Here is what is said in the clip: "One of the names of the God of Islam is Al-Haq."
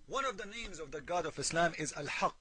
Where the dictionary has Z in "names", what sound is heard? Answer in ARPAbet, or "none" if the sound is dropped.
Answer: Z